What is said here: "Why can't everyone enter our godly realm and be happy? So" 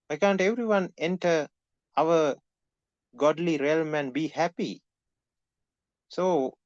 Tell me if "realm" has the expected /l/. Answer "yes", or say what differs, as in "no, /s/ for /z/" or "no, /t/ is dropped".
yes